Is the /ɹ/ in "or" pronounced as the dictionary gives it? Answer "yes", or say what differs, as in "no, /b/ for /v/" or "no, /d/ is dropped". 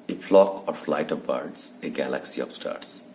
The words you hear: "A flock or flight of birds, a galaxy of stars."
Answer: yes